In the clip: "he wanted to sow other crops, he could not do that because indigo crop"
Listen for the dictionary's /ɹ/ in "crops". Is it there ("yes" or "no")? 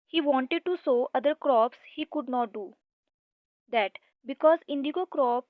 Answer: yes